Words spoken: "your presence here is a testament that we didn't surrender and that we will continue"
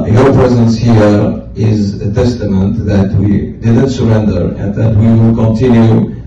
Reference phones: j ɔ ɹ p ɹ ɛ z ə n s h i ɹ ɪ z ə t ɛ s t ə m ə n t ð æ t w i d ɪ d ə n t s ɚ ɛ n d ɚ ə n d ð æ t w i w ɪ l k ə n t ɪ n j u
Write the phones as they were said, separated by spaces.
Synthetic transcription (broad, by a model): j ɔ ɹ p ɹ ɛ z ə n s h i ɹ ɪ z ə t ɛ s t ə m ə n t ð æ t w i d ɪ d ə n t s ɚ ɛ n d ɚ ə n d ð æ t w i w ɪ l k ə n t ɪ n j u